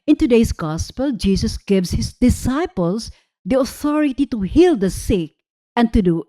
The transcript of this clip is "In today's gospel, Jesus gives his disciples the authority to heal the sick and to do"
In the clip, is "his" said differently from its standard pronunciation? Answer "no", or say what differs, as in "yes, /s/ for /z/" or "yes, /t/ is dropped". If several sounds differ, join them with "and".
yes, /s/ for /z/